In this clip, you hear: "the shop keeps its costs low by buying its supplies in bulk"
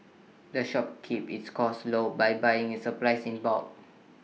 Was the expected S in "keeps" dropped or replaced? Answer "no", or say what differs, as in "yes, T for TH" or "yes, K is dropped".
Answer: yes, S is dropped